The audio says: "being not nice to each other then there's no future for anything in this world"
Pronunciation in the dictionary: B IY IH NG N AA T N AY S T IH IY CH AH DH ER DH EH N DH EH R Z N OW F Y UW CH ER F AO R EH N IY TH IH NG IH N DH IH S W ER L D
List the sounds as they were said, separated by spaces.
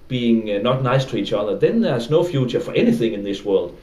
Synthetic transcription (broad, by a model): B IY IH NG N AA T N AY S T IH IY CH AH DH ER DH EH N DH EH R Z N OW F Y UW CH ER F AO R EH N IY TH IH NG IH N DH IH S W ER L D